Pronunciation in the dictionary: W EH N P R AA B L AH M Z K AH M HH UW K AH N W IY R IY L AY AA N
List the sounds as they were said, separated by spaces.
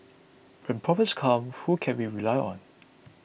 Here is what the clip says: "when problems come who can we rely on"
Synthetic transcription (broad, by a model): W EH N P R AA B AH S K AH M HH UW K AH N W IY R IY L AY AA N